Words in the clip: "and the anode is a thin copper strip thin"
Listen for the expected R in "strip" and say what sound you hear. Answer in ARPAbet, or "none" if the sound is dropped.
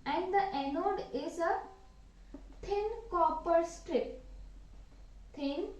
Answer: R